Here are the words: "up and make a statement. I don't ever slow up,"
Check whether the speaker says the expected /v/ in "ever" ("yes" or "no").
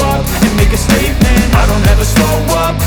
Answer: yes